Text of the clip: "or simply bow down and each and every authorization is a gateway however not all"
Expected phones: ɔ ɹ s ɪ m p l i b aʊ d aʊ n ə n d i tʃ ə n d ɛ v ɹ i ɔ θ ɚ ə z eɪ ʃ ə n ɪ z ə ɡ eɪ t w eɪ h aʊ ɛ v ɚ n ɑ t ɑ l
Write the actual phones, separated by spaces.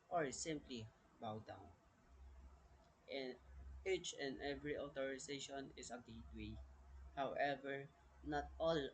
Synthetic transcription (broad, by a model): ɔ ɹ s ɪ m p l i b aʊ d aʊ n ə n i tʃ ə n d ɛ v ɹ i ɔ t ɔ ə s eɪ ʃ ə n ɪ s ə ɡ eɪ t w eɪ h aʊ ɛ v ɚ n ɑ t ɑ l